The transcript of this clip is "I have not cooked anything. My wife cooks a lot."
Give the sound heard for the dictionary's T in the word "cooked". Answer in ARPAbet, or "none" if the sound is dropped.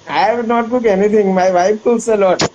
none